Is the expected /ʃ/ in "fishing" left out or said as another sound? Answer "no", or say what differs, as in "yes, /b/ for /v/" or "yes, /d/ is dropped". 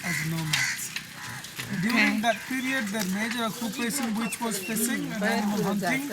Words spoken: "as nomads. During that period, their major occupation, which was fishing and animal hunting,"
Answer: yes, /s/ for /ʃ/